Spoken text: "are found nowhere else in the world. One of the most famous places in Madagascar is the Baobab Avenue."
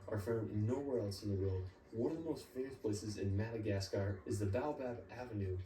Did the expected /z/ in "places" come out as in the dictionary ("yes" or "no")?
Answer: yes